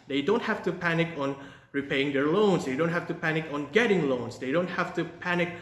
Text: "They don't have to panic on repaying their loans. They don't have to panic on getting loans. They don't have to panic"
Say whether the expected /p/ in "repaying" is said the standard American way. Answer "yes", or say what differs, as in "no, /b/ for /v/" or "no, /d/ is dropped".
yes